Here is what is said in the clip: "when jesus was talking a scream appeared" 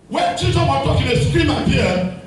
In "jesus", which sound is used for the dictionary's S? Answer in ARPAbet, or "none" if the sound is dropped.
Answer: none